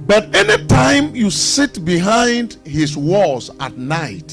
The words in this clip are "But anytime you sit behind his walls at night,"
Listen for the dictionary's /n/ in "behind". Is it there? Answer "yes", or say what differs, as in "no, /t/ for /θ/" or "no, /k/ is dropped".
yes